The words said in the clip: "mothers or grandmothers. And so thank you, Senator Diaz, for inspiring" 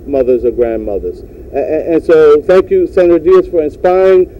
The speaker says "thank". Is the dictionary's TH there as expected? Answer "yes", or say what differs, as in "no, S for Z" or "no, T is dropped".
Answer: yes